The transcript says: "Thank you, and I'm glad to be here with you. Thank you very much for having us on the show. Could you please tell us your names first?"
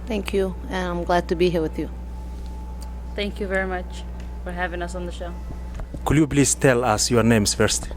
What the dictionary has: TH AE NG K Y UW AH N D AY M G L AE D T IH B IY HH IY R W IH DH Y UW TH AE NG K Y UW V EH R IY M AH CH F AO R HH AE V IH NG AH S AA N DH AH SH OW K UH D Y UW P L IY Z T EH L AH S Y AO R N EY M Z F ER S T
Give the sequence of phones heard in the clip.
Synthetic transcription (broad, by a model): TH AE NG K Y UW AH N AY M G L AE D T IH B IY HH IY R W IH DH Y UW TH AE NG K Y UW V EH R IY M AH CH F AO R HH AE V IH NG AH S N DH AH SH OW K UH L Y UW B L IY S T EH L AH S Y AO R N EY M S F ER S T